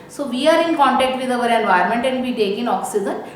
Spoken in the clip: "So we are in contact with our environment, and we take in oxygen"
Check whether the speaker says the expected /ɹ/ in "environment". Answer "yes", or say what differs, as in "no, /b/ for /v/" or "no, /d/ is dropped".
no, /ɹ/ is dropped